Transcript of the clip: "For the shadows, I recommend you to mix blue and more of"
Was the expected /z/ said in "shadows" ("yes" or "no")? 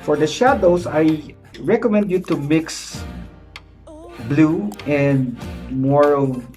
no